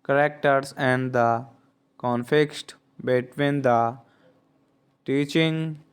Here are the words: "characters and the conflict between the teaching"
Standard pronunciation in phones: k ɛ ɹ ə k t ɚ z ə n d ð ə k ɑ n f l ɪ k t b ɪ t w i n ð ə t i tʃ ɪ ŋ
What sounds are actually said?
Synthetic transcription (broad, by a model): k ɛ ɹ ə k t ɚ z ə n d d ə k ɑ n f ɪ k t b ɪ t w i n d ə t i tʃ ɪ ŋ